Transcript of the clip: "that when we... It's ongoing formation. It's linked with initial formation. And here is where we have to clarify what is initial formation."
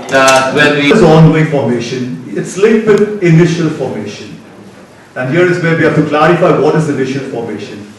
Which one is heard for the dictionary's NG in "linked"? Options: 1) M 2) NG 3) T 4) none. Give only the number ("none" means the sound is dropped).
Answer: 4